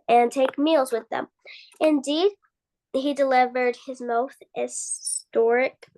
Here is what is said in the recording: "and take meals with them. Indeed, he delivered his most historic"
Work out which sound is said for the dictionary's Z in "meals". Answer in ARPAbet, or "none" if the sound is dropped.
Z